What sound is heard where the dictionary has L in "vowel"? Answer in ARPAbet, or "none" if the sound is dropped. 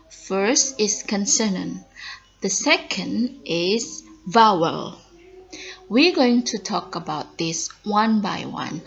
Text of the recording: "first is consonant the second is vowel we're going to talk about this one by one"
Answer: L